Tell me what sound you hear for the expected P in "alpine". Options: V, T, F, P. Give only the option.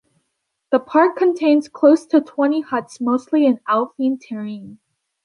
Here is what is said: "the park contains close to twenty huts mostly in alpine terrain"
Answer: F